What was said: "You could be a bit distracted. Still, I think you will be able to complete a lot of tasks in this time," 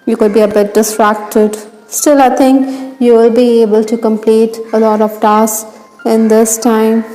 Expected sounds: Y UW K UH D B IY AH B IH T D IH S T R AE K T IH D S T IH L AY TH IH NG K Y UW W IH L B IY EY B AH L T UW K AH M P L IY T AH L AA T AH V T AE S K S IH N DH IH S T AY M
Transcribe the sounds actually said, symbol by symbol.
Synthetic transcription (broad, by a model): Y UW K UH D B IY AH B IH T D IH S T R AE K T IH D S T IH L AY T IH NG K Y UW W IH L B IY EY B AH L T UW K AH M P L IY T AH L AA T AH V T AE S S IH N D IH S T AY M